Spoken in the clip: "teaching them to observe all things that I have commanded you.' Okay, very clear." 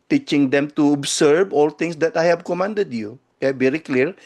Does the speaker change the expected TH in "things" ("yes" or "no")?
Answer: yes